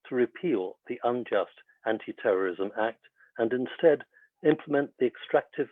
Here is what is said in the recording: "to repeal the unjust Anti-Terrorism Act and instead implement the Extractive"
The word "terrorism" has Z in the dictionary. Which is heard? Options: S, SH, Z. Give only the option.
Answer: Z